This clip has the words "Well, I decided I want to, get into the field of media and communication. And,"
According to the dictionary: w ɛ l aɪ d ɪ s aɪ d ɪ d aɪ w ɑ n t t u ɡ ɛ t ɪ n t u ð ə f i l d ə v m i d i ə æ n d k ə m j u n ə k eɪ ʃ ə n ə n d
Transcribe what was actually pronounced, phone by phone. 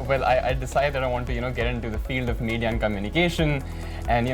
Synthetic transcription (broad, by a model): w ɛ l aɪ d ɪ s aɪ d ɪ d aɪ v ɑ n t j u ɡ ɛ t ɪ n t u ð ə f i l d ə v m i d i ə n k ə m j u n ə k eɪ ʃ ə n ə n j